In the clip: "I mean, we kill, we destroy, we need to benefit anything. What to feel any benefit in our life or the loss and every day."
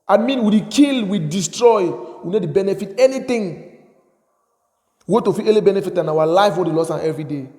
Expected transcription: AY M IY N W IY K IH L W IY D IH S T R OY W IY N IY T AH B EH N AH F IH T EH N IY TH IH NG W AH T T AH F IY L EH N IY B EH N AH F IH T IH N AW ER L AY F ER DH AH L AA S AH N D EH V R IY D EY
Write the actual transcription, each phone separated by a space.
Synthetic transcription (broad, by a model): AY M IY N W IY K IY L W IY D IH S T R OY W IY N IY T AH B EH N AH F IH T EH N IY T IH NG W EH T T AH F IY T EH L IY B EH N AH F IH T IH N AW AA L AY F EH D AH L AA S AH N EH V R IY D EY